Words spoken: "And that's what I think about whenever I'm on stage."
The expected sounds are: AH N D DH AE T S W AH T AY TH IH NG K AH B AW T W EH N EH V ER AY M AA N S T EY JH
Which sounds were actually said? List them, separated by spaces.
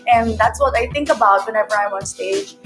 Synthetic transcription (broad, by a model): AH N DH AE T S W AH T AY TH IH NG K AH B AW T W EH N EH V ER AY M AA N S T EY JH